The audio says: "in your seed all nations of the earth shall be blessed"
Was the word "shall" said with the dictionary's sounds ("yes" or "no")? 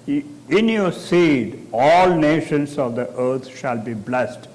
yes